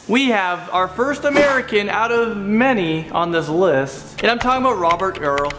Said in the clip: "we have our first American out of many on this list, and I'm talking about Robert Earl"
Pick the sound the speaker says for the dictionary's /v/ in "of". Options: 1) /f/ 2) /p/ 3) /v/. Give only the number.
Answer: 3